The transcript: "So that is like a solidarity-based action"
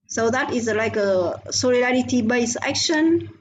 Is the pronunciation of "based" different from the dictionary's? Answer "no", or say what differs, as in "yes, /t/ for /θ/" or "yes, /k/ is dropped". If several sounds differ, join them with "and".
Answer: yes, /t/ is dropped